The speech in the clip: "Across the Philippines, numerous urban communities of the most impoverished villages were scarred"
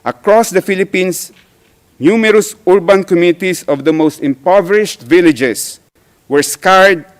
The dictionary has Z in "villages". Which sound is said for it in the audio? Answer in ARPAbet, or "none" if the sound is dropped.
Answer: S